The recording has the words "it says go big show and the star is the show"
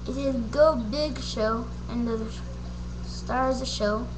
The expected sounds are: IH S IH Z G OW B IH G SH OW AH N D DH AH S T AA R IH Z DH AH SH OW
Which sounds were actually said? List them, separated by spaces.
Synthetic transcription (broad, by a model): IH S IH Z G OW B IH G SH OW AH N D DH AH S T AA R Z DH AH SH OW